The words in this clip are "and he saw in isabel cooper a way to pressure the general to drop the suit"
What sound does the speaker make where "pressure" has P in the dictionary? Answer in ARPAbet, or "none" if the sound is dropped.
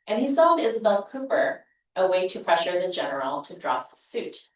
P